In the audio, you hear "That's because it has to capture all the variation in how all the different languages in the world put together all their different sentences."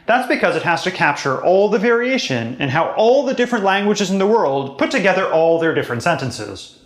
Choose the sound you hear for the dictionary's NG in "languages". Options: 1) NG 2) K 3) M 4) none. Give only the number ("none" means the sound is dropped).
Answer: 1